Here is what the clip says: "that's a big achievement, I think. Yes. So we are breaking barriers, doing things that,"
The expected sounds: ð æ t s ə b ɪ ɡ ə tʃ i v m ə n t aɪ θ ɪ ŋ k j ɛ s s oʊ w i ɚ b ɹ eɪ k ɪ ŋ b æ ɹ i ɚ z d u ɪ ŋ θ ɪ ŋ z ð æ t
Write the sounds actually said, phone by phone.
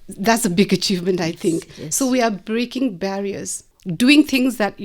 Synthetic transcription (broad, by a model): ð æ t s ə b ɪ ɡ ə tʃ i v m ə n t aɪ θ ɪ ŋ k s s oʊ w i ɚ b ɹ eɪ k ɪ ŋ b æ ɹ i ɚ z d u ɪ ŋ t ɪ ŋ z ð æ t